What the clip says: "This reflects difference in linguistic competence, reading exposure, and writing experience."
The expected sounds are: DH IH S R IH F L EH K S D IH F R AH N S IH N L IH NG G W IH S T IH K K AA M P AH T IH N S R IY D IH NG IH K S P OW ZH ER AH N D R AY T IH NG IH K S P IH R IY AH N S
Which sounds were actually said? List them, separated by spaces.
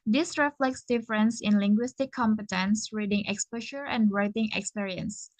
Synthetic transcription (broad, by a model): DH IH S R IH F L EH K S D IH F R AH N S IH N L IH NG G W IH S T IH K K AA M P AH T IH N S R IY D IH NG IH K S P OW SH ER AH N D R AY T IH NG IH K S P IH R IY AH N S